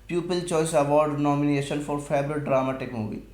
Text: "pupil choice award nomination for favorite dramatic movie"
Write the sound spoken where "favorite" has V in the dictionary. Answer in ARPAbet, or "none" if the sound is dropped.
B